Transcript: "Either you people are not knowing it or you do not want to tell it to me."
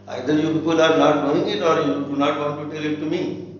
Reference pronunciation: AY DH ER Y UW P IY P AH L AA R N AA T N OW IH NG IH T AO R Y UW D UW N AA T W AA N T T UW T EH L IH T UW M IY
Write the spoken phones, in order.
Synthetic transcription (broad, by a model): AY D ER Y UW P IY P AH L AA R N AA T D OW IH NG IH T AO R Y UW D UW N AA T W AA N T T UW T EH L IH T UW M IY